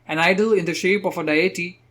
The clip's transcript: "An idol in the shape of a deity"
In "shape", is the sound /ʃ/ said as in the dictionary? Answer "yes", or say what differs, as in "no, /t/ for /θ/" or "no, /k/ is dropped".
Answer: yes